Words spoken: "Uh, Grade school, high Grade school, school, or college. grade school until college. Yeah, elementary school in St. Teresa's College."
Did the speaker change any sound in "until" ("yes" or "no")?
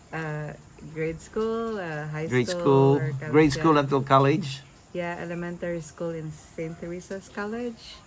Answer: yes